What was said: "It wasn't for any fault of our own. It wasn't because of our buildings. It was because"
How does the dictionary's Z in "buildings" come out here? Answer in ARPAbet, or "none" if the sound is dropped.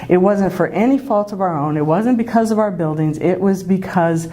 Z